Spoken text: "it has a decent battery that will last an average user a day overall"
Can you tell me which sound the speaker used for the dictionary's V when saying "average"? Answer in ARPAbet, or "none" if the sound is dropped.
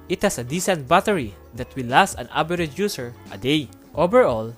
B